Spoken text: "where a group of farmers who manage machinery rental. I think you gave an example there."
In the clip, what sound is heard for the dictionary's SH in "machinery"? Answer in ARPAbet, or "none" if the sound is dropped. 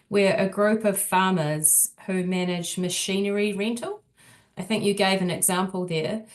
SH